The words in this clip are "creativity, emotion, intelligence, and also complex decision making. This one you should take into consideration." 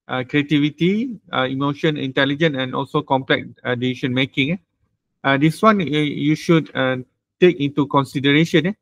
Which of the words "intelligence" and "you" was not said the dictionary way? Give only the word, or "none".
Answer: intelligence